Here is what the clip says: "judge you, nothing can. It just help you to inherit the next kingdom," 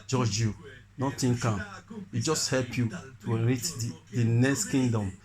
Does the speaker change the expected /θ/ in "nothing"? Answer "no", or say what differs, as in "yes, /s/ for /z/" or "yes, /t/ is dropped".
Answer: yes, /t/ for /θ/